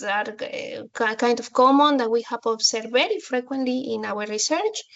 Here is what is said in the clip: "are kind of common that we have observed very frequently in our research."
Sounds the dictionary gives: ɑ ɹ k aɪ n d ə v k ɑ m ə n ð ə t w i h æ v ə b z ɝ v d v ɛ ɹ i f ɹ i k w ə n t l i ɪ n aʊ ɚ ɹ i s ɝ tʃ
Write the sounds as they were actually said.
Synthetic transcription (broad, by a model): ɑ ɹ k aɪ n d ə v k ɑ m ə n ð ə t w i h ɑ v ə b s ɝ d v ɛ ɹ i f ɹ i k w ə n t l i ɪ n aʊ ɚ ɹ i s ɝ tʃ